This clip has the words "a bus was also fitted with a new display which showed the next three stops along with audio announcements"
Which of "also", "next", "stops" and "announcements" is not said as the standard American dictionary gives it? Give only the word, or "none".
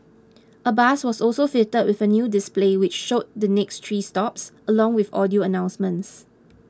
none